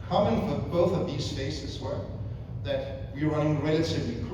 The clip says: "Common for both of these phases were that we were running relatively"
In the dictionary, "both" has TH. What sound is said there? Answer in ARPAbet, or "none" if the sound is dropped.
TH